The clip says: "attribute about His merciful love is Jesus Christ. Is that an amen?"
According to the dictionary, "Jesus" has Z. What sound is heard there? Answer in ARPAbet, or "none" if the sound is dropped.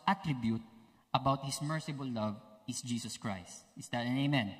S